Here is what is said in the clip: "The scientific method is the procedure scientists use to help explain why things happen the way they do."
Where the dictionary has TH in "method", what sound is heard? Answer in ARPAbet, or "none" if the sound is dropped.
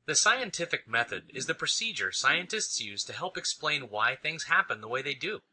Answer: TH